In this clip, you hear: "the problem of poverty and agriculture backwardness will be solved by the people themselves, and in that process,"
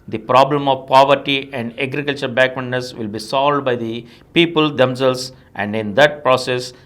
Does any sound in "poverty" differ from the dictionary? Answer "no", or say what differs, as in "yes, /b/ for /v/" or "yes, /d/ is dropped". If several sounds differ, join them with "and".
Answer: no